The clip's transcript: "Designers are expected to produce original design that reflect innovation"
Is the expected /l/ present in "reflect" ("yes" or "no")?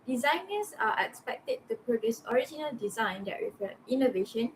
no